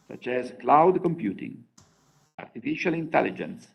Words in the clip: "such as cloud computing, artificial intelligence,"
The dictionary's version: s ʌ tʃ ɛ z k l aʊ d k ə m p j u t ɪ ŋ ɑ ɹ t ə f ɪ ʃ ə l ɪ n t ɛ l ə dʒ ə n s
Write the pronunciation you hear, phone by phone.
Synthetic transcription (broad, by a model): s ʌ tʃ ɛ z k l aʊ d k ə m p j u t ɪ ŋ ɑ ɹ t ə f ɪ ʃ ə l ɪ n t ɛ l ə dʒ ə n s